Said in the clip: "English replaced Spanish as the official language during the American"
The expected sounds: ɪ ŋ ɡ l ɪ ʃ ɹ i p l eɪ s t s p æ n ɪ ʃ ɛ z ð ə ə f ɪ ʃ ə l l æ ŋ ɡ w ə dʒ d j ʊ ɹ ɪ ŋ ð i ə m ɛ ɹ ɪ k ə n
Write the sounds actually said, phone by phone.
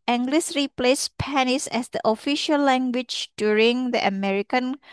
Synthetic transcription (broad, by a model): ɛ ŋ ɡ l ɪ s ɹ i p l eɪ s s p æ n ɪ s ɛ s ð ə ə f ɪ ʃ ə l l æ ŋ ɡ w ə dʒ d j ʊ ɹ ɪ ŋ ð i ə m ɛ ɹ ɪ k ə n